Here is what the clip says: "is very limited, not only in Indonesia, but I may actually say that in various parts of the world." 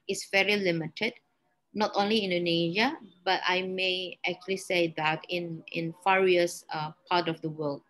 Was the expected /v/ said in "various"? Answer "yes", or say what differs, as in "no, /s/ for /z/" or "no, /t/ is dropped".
no, /f/ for /v/